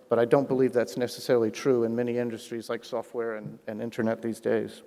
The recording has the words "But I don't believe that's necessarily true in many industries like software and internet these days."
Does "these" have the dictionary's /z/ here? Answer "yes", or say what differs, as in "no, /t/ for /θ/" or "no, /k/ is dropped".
yes